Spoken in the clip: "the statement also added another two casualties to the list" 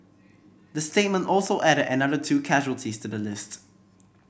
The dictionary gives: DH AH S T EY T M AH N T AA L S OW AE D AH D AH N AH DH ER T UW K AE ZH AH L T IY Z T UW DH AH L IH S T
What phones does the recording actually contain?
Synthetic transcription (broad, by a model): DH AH S T EY T M AH N T AA L S OW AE D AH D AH N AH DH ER T UW K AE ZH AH L T IY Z T UW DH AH L IH S T